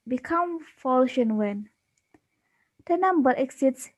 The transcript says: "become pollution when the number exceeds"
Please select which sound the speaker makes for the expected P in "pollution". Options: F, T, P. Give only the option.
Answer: F